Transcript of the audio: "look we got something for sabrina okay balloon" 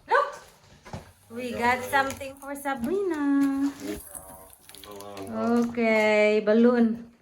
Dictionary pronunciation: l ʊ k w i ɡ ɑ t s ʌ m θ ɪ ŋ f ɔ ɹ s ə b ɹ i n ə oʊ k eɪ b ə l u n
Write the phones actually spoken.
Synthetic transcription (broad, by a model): l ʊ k w i ɡ ɑ t s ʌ m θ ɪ ŋ f ɔ ɹ s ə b i n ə oʊ k eɪ b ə l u n